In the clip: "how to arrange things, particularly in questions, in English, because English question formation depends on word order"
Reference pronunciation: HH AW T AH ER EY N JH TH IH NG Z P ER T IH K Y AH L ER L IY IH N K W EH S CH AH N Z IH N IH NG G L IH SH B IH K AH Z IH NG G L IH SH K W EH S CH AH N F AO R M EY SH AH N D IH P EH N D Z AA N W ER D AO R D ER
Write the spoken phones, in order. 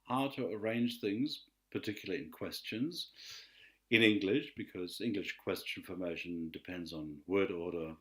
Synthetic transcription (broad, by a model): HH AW T AH ER EY N JH TH IH NG Z P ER T IH K Y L L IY IH N K W EH S CH AH N Z IH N IH NG G L IH SH B IH K AH Z IH NG G L IH SH K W EH S CH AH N F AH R M EY SH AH N D IH P EH N D Z N W ER D AO R D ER